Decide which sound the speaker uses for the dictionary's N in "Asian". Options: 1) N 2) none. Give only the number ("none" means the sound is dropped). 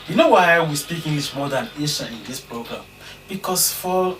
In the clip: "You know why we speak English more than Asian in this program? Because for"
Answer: 2